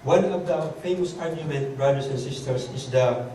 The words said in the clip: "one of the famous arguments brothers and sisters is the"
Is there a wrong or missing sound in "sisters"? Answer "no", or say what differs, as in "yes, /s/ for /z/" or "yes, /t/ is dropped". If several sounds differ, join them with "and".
yes, /s/ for /z/